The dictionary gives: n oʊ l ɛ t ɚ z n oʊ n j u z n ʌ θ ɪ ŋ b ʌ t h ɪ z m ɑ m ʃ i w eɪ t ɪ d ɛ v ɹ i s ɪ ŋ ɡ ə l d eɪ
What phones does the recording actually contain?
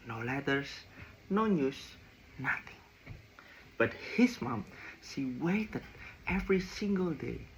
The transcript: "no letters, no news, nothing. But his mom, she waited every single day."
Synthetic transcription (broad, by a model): n oʊ l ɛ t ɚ s n oʊ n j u s n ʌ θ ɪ ŋ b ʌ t h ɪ s m ɑ m s i w eɪ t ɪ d ɛ v ɹ i s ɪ ŋ ɡ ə l d eɪ